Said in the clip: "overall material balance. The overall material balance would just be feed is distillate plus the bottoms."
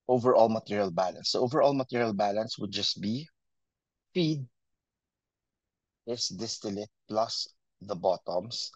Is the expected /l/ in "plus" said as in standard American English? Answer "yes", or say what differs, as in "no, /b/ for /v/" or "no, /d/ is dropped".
yes